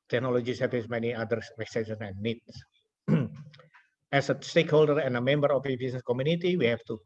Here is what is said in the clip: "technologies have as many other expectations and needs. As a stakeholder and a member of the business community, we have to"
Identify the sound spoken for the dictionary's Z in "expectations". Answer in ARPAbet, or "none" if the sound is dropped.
none